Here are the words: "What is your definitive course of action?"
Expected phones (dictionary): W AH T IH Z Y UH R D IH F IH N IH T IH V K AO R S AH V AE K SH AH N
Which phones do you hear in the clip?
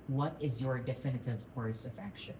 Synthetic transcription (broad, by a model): W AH T IH Z Y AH R D IH F IH N IH T IH V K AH R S AH V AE K SH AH N